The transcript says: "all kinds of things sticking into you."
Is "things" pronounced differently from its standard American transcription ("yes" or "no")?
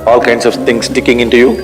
yes